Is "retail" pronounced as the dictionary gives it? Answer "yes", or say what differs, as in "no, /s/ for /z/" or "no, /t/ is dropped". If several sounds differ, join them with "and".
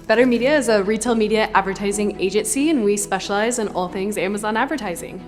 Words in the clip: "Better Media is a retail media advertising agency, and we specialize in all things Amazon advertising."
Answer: yes